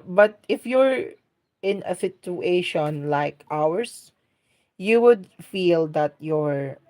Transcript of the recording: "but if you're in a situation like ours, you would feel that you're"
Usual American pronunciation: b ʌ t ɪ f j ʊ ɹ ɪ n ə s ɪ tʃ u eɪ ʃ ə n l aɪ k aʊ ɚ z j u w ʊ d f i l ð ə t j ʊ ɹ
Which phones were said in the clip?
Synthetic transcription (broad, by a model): b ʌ t ɪ f j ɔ ɹ ɪ n ə s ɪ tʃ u eɪ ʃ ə n l aɪ k aʊ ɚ s j u w ʊ d f i l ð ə t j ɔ ɹ